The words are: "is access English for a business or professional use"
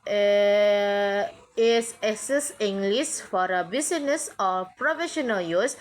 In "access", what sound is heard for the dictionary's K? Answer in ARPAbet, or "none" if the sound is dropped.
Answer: none